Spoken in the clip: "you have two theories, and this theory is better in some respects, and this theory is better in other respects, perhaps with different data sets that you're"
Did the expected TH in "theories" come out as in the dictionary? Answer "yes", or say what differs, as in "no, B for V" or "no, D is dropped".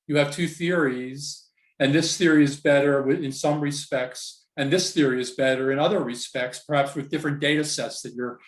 yes